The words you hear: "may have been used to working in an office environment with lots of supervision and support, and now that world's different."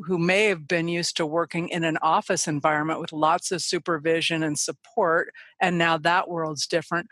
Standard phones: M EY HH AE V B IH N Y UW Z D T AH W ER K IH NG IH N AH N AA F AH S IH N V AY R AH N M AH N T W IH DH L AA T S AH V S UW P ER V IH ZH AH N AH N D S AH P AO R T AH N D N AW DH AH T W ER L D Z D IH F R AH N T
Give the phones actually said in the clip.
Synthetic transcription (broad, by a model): M EY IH V B IH N Y UW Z T AH W ER K IH NG IH N AH N AA F AH S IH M V AY R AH N M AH N T W IH DH L AA T S AH V S UW P ER V IH ZH AH N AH N S AH P AO R T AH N N AW DH AH T W ER L D Z D IH F R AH N T